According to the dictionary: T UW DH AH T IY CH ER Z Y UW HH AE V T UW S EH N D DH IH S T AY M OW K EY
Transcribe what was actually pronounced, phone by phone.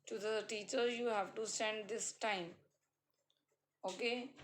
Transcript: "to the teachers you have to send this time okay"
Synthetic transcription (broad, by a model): T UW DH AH T IY CH ER Y UW HH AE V T UW S EH N D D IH S T AY M OW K EY